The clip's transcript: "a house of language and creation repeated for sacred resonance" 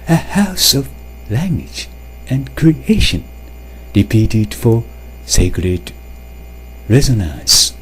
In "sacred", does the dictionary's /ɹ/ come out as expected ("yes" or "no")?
yes